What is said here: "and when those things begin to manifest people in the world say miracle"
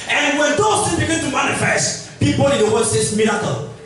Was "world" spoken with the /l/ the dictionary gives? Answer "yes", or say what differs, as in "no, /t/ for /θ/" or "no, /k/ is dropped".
no, /l/ is dropped